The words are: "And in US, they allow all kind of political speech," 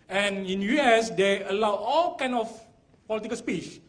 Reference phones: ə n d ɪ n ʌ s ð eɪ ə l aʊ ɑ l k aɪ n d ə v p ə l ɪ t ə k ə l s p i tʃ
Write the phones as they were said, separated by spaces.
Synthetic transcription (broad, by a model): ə n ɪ n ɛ s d eɪ ə l aʊ ɑ l k aɪ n ə f p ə l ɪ t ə k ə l s p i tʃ